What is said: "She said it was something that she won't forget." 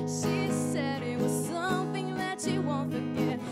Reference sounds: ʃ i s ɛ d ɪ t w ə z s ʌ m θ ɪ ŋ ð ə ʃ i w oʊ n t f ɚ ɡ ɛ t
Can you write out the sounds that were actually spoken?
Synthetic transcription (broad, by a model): ʃ i s ɛ d ɪ t w ə z s ʌ m θ ɪ ŋ ð ə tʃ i w oʊ n t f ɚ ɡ ɛ t